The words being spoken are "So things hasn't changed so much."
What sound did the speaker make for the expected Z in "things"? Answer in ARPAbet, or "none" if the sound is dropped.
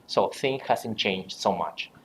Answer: none